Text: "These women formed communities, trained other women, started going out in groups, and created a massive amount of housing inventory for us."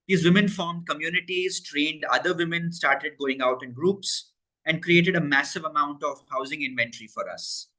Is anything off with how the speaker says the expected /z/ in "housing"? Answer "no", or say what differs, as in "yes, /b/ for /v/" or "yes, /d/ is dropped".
no